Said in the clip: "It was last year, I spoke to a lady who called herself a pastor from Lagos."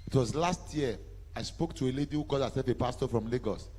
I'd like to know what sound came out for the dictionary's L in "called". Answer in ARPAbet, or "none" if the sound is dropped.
none